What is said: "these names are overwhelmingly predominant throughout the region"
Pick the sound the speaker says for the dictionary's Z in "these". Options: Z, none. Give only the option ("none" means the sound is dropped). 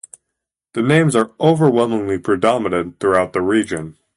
none